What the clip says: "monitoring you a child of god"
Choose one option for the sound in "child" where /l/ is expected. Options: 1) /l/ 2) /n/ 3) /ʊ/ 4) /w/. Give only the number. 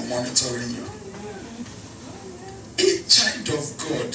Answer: 2